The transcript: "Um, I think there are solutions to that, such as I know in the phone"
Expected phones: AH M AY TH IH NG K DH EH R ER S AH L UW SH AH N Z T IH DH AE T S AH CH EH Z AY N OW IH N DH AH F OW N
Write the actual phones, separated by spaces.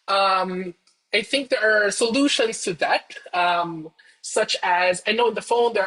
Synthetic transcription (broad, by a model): AH M AY TH IH NG K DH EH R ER S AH L UW SH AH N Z T IH DH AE T S AH CH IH Z AY N OW IH N DH AH F OW N